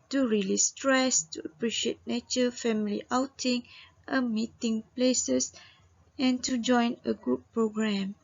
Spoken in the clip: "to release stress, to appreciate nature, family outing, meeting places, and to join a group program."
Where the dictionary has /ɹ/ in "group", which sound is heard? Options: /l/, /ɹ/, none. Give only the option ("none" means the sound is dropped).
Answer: none